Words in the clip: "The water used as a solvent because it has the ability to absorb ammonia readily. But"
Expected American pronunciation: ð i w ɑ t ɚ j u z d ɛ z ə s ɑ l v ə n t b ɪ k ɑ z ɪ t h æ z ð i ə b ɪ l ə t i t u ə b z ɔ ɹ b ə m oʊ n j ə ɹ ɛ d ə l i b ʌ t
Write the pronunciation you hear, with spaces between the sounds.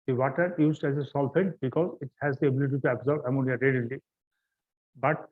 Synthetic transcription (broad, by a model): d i w ɑ t ɚ j u z d ɛ z ə s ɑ l p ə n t b ɪ k ɑ z ɪ t h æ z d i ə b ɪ l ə t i t u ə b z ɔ ɹ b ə m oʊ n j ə ɹ ɛ d ə l i b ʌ t